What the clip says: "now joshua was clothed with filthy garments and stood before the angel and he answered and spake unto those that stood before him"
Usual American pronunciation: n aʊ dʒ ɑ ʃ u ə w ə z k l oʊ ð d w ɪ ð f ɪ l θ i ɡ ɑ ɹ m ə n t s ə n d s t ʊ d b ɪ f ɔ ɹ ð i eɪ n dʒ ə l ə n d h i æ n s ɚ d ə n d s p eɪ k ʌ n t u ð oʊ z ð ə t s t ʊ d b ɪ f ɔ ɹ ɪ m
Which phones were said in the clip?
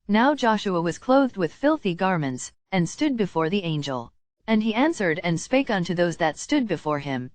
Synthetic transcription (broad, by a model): n aʊ dʒ ɑ ʃ u ə w ə z k l oʊ ð d w ɪ ð f ɪ l θ i ɡ ɑ ɹ m ə n t s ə n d s t ʊ d b ɪ f ɔ ɹ ð i eɪ n dʒ ə l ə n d i æ n s ɚ d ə n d s p eɪ k ʌ n t u ð oʊ z ð ə t s t ʊ d b ɪ f ɔ ɹ ɪ m